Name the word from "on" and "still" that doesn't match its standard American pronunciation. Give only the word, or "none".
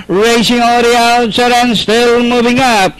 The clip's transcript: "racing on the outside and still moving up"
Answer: on